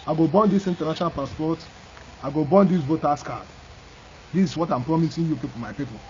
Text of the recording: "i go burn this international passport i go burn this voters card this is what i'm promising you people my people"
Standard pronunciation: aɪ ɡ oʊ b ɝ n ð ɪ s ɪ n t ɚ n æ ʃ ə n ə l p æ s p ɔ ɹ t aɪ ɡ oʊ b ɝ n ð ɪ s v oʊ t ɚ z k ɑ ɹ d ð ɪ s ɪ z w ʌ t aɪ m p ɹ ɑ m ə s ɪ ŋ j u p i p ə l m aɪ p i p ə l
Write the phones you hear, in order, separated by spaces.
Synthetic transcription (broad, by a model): aɪ ɡ oʊ b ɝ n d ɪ s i n t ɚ n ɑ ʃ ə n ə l p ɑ s p ɔ t aɪ ɡ oʊ b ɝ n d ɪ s b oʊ t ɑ s k ɑ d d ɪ s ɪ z w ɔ t aɪ m p ɹ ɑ m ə s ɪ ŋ j u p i f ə m aɪ p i p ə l